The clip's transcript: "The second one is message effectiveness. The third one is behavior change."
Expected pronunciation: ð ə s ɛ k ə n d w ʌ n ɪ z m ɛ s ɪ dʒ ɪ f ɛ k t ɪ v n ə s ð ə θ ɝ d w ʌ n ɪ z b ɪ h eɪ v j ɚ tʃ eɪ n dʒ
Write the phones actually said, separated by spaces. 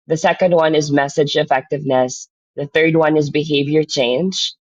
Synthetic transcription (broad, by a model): ð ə s ɛ k ə n d w ʌ n ɪ z m ɛ s ɪ dʒ ɪ f ɛ k t ɪ v n ə s ð ə θ ɝ d w ʌ n ɪ z b ɪ h eɪ v j ɚ tʃ eɪ n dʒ